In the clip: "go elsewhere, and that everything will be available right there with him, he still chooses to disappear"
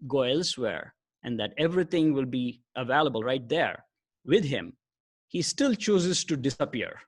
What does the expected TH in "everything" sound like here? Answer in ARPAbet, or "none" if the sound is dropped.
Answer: T